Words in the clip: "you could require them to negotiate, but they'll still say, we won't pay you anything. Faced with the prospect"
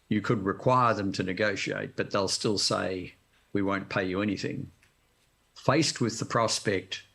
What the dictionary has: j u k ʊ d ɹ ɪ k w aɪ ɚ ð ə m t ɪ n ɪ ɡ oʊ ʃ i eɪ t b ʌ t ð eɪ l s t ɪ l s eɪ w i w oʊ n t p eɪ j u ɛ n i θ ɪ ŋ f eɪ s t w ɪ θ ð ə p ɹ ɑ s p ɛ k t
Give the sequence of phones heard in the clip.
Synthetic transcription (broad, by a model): j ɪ k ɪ d ɹ ɪ k w aɪ ɚ ð ə m t ɪ n ɪ ɡ oʊ ʃ i eɪ t b ʌ t ð eɪ l s t ɪ l s eɪ w i w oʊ n p eɪ j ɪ ɛ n i θ ɪ ŋ f eɪ s t w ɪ ð ə p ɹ ɑ s p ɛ k t